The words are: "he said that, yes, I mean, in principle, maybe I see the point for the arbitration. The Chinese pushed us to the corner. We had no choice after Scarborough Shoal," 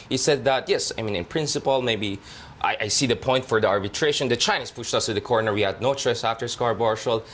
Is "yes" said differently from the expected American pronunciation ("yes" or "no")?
no